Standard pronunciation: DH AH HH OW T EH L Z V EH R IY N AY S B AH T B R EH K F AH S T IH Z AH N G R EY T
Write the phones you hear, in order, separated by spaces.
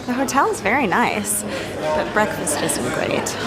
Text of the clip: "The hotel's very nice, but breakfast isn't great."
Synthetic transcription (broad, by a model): DH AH HH OW T EH L Z V EH R IY N AY S B AH T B R EH K F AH S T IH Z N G R EY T